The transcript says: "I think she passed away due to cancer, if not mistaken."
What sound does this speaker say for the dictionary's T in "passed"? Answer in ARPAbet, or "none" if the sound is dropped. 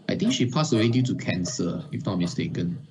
none